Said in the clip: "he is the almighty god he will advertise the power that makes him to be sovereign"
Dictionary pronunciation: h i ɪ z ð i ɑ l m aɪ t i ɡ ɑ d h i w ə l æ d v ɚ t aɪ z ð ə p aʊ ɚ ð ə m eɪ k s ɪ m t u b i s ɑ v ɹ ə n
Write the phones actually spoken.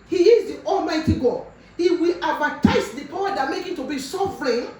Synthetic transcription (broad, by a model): h i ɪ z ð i ɑ l m aɪ t i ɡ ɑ h i w ə l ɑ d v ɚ t aɪ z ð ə p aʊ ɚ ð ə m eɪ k ɪ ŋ t u b i s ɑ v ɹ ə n